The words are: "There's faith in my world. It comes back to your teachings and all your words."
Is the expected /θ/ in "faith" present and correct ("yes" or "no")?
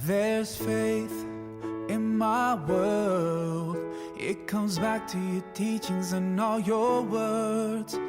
yes